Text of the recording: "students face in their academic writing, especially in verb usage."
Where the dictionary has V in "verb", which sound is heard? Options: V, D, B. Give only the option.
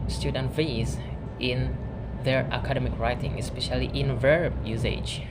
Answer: V